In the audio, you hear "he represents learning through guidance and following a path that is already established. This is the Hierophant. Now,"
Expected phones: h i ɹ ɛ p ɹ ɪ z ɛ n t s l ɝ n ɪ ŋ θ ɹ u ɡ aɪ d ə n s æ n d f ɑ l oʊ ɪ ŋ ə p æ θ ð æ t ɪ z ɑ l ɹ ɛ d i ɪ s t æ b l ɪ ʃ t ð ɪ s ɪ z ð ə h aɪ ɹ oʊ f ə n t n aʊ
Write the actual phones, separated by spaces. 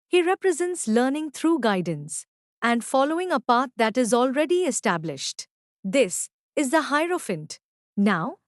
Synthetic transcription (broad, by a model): h i ɹ ɛ p ɹ ɪ z ɛ n t s l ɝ n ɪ ŋ t ɹ u ɡ aɪ d ə n s æ n d f ɑ l oʊ ɪ ŋ ə p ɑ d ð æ t ɪ z ɑ l ɹ ɛ d i ɪ s t æ b l ɪ ʃ t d ɪ s ɪ z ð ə h aɪ ɹ oʊ f ə n t n aʊ